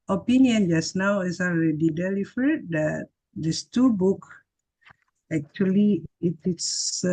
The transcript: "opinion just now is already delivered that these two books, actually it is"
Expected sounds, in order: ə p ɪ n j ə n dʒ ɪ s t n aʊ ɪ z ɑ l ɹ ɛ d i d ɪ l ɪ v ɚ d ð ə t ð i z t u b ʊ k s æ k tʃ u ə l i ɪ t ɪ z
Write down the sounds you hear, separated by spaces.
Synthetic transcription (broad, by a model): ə p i n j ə n dʒ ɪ s n aʊ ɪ s ɑ l ɹ ɛ d i d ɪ l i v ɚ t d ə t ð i s t u b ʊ k æ k tʃ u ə l i ɪ t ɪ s